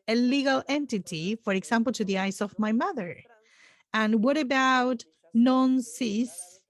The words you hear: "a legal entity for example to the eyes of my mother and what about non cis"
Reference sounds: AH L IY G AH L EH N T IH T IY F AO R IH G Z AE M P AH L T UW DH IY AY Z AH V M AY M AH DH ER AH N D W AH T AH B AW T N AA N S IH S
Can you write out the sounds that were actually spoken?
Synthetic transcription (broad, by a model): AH L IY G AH L EH N T IH T IY F AO R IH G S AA M P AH L T UW DH IY AY S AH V M AY M AH DH ER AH N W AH T AH B AW T N AA N S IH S